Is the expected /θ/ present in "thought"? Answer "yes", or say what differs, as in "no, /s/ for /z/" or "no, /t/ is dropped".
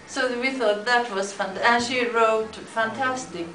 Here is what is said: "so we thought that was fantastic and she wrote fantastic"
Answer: yes